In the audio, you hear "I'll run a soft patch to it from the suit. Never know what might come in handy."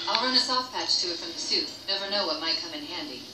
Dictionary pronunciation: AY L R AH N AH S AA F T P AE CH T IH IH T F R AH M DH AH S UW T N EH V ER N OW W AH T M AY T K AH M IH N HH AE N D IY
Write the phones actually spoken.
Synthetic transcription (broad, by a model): AY L R AH N AH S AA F P AE CH T IH IH T F R AH M DH AH S UW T N EH V ER N OW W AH T M AY T K AH M IH N HH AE N D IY